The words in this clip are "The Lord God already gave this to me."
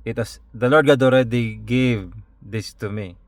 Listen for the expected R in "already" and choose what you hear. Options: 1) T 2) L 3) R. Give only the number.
3